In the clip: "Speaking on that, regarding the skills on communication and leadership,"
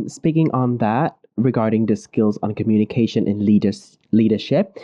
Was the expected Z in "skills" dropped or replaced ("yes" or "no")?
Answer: no